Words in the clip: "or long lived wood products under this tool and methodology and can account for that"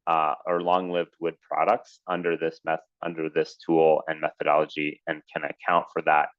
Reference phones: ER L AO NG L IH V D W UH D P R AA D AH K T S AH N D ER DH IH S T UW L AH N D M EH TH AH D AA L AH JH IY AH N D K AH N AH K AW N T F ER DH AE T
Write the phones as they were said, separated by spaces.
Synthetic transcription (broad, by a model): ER L AO NG L IH V D W UH D P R AA D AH K T S AH N D ER DH IH S T UW L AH N M EH TH AH D AA L AH JH IY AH N K AH N AH K AW N T F ER DH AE T